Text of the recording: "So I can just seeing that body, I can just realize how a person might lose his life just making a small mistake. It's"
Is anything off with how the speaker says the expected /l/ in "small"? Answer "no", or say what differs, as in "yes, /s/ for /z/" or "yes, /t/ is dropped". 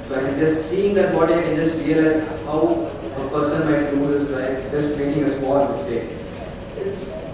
yes, /n/ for /l/